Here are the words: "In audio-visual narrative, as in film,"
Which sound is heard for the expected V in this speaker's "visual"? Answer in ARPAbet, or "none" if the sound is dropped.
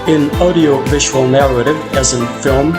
V